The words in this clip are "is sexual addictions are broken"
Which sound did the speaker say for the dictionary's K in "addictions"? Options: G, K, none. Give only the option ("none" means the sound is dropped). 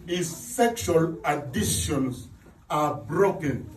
none